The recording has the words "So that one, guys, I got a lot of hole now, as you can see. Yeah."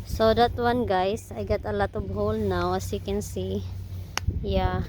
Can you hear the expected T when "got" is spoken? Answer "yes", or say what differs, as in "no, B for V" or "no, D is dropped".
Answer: yes